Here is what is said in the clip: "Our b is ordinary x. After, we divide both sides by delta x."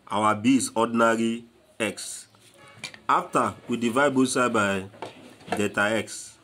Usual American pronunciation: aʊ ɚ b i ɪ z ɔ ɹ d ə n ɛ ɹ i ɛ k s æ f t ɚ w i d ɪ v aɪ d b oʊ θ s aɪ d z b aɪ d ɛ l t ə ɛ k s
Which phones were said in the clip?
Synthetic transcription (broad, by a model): aʊ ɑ b i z ɔ d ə n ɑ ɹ i ɛ k s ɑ f t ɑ w i d ɪ v aɪ d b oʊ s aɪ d b aɪ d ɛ t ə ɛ k s